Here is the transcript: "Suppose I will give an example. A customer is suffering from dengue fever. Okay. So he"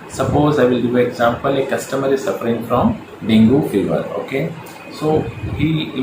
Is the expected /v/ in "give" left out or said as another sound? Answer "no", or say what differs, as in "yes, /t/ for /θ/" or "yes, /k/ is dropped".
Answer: yes, /v/ is dropped